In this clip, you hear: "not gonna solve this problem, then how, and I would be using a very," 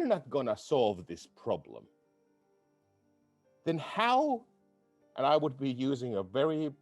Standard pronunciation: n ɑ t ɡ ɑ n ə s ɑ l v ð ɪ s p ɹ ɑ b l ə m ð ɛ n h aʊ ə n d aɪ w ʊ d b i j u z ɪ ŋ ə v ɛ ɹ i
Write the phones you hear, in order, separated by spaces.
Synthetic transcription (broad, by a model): n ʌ t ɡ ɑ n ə s ɑ l v ð ɪ s p ɹ ɑ b l ə m ð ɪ n h aʊ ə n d aɪ w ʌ d b i j u z ɪ ŋ ə v ɛ ɹ i